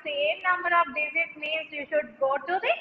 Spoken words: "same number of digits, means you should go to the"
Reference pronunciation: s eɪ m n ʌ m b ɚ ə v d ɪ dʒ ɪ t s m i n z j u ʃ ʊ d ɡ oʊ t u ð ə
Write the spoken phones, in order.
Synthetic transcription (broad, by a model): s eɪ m n ʌ m b ɚ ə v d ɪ z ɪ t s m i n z j u ʃ ʊ d ɡ oʊ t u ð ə